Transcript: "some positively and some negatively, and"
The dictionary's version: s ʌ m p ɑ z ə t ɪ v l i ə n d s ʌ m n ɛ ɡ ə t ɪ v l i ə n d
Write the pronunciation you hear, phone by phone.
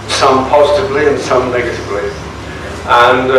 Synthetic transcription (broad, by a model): s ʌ m p ɑ z ə t ɪ v l i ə n s ʌ m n ɛ ɡ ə t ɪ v l i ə n